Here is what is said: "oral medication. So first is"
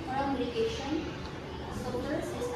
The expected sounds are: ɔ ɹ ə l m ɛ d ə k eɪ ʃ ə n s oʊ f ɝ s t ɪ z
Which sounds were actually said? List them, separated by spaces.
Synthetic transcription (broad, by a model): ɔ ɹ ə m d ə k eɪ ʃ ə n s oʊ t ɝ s ɪ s